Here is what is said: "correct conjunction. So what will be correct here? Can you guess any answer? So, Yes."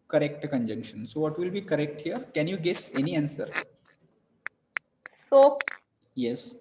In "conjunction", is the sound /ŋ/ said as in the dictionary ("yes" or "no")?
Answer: yes